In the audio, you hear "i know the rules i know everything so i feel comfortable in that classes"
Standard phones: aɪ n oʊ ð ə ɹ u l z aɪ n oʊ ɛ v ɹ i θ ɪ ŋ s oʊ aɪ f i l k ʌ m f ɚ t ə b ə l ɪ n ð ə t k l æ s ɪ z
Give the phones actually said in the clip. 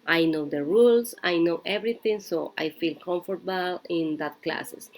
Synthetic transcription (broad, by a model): aɪ n oʊ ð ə ɹ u l s aɪ n oʊ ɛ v ɹ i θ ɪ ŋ s oʊ aɪ f i l k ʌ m f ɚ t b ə l ɪ n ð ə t k l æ s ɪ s